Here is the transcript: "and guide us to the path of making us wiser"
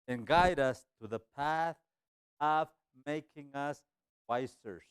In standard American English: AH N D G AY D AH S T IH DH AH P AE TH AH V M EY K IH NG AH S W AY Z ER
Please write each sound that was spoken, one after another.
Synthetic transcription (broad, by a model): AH N G AY D AH S T IH DH AH P AE TH AH V M EY K IH NG AH S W AY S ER